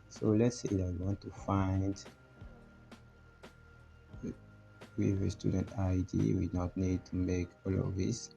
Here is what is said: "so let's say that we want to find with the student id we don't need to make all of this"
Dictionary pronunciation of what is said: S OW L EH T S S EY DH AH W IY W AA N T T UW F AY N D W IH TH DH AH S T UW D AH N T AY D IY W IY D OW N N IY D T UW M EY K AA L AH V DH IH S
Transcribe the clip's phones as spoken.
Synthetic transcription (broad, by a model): S OW L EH T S S EY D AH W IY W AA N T T UW F AY N D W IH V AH S T UW D AH N T AY D IY W IY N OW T N IY D T UW M EY K AA L AH V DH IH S